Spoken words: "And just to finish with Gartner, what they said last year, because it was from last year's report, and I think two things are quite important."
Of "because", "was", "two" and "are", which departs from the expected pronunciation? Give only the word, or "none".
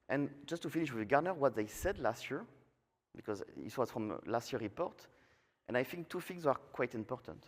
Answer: none